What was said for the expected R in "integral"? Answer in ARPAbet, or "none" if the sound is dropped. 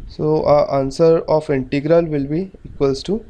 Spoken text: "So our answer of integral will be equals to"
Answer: R